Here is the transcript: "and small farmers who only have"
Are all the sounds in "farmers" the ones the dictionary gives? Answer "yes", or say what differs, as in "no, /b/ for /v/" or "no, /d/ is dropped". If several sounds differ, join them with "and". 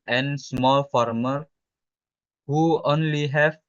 no, /z/ is dropped